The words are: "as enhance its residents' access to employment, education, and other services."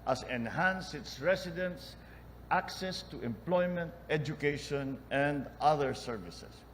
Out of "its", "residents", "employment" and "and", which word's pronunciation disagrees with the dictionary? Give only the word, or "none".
residents